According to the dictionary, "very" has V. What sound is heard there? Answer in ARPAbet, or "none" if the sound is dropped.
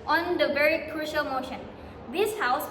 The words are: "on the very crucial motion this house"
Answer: V